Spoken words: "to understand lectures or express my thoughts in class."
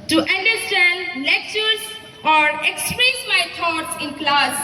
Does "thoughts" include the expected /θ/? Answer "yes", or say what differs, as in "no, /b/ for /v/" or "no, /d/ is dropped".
no, /t/ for /θ/